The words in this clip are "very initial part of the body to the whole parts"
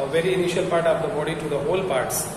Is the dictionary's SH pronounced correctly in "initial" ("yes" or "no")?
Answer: yes